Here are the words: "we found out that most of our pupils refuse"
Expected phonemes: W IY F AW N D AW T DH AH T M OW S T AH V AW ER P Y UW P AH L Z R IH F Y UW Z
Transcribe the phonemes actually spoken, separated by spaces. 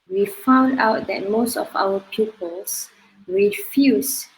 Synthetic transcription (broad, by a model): W IY F AW N D AW T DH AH T M OW S T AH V AW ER P Y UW P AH L S R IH F Y UW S